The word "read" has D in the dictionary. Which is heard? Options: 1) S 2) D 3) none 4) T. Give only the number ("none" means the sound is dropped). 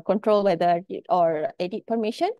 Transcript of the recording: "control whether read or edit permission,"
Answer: 3